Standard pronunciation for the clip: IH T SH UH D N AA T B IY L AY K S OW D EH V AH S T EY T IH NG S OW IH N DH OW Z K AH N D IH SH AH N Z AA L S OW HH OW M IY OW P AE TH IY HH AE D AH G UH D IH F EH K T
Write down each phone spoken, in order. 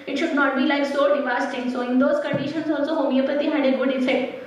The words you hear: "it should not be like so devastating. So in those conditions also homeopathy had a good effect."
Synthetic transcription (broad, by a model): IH T SH UH D N AA T B IY L AY K S OW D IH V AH S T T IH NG S OW IH N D OW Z K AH N D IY SH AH N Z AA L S OW HH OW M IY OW P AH T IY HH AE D AH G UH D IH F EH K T